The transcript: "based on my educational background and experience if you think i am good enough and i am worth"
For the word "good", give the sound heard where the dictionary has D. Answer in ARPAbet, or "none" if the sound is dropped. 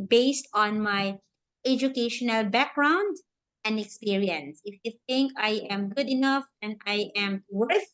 D